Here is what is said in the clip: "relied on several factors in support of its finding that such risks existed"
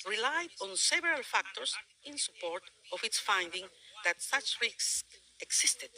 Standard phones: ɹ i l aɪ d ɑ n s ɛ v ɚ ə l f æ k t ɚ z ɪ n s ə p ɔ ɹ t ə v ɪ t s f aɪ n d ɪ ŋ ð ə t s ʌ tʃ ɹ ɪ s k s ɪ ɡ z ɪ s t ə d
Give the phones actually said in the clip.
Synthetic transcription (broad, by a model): ɹ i l aɪ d ɑ n s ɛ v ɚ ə l f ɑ k t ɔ s ɪ n s ə p ɔ ɹ t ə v ɪ t s f aɪ n d ɪ ŋ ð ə t s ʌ tʃ ɹ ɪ k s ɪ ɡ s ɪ s t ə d